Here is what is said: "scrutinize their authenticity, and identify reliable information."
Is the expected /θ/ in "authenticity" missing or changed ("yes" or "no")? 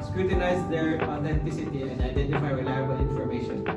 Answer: yes